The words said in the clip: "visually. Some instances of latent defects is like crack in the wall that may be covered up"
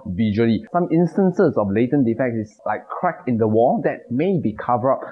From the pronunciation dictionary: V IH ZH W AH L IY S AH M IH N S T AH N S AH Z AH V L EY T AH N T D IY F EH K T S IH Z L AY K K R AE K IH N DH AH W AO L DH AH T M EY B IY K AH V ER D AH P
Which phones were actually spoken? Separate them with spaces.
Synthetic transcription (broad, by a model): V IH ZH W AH L IY S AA M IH N S T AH N S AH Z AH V L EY T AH N D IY F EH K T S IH S L AY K K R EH K IH N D AH W AO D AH T M EY B IY K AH V ER AH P